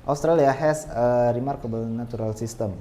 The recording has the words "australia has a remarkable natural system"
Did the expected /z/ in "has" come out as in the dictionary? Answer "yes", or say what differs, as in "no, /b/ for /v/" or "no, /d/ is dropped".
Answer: no, /s/ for /z/